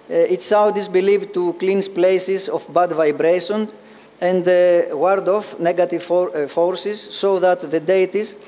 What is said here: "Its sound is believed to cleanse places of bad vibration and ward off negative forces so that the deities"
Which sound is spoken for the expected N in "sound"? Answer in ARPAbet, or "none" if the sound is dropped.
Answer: none